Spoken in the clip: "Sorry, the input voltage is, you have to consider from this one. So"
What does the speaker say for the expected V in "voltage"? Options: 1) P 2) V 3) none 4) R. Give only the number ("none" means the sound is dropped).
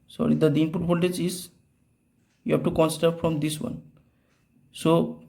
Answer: 1